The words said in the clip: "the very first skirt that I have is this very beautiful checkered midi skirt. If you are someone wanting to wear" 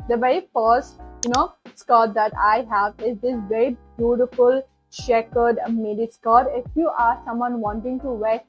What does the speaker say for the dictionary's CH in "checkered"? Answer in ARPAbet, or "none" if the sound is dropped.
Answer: SH